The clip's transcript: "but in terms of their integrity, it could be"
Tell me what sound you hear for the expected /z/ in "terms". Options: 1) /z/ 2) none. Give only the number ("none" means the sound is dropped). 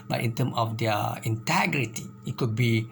2